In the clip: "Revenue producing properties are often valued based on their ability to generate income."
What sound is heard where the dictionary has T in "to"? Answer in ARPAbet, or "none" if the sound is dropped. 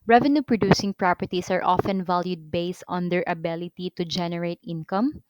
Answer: T